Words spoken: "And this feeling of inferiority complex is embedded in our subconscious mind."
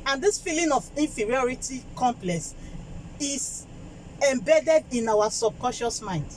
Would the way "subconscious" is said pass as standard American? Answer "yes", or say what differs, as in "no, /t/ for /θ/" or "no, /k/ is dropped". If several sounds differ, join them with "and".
no, /n/ is dropped